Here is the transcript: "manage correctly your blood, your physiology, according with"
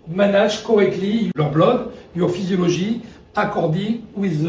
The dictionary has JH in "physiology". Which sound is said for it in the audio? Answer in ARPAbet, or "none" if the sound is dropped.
ZH